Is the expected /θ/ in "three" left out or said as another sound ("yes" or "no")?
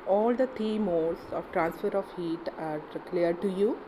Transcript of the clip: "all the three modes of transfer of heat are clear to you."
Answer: yes